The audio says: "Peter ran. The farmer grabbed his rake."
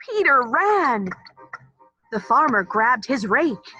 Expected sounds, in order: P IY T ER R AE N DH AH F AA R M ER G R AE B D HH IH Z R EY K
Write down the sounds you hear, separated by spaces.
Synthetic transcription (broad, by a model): IY T ER R AE N DH AH F AA R M ER G R AE B D HH IH Z R EY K